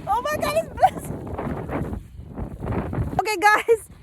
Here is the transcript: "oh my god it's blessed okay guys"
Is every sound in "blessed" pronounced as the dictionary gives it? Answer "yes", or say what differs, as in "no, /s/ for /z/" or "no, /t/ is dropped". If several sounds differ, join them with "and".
no, /t/ is dropped